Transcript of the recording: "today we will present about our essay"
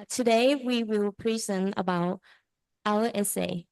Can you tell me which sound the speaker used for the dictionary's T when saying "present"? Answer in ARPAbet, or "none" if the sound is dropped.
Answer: none